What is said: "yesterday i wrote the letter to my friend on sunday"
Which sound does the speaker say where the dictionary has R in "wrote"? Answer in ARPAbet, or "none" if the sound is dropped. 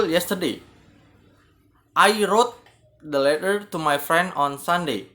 R